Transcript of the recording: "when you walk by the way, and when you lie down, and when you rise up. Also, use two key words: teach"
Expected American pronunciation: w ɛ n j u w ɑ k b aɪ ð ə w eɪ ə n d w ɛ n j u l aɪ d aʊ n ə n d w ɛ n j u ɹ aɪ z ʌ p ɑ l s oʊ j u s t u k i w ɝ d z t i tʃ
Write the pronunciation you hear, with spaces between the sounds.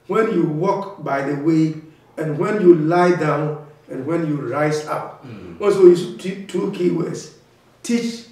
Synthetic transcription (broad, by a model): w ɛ n j u w ɑ k b aɪ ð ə w eɪ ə n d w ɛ n j u l aɪ d aʊ n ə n w ɛ n j u ɹ aɪ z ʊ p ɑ n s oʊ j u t t u k i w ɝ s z t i tʃ